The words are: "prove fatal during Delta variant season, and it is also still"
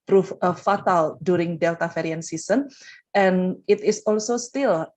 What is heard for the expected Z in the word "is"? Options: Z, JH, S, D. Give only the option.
S